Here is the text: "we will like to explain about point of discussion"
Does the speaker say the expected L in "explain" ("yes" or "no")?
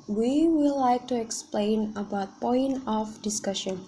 yes